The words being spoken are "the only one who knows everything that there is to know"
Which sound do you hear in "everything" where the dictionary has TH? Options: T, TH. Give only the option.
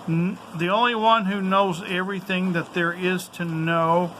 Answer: TH